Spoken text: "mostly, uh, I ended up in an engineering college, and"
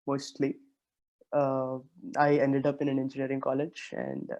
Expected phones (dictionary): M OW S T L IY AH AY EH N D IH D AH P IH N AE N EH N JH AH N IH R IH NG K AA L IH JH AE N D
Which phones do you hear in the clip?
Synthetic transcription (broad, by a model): M OW S T L IY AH AY EH N D IH D AH P IH N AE N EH N JH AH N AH R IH NG K AA L IH JH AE N D